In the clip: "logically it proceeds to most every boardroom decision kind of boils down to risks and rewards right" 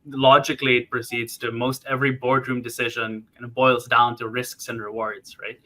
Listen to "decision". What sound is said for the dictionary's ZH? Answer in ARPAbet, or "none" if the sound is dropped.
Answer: ZH